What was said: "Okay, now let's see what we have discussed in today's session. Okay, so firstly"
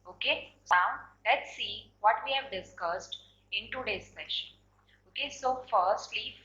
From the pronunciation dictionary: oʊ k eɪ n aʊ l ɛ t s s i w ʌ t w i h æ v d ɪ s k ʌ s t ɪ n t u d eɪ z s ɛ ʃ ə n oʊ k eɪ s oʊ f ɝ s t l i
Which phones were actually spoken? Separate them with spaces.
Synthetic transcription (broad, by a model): oʊ k eɪ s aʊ l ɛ t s s i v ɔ t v i h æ v d ɪ s k ʌ s t ɪ n t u d eɪ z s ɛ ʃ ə n oʊ k eɪ s oʊ f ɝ s t l i